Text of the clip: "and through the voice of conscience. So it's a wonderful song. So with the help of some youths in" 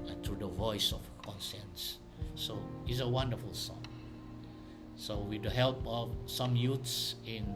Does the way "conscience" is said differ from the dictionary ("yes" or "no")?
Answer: yes